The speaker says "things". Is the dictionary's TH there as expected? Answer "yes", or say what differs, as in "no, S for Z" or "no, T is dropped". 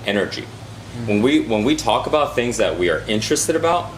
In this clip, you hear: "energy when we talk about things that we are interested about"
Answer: yes